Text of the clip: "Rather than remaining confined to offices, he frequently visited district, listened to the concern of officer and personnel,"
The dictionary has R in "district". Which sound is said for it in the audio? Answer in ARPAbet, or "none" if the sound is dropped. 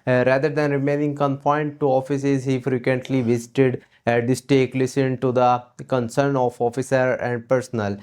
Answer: none